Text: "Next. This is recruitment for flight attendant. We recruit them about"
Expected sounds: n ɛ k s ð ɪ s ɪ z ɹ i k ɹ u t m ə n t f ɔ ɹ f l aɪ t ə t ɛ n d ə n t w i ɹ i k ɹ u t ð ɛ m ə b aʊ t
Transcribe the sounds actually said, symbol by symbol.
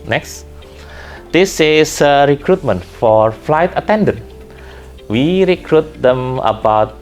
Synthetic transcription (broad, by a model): n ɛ k s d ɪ s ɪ s ɹ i k ɹ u t m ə n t f ɔ ɹ f l aɪ t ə t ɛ n d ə n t w i ɹ i k ɹ u t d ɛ m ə b aʊ t